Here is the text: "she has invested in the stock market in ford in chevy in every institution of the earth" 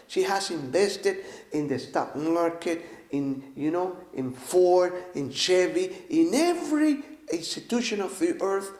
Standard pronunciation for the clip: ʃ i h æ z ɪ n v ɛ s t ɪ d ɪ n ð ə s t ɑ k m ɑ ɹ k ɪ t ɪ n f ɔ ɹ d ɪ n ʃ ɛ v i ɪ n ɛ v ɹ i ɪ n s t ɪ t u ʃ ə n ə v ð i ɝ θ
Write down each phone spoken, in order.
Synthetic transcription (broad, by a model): ʃ i h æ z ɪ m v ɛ s t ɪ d ɪ n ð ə s t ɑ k m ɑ ɹ k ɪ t ɪ n f ɔ ɹ ɪ n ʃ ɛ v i ɪ n ɛ v ɹ i ɪ n s t ɪ t u ʃ ə n ə v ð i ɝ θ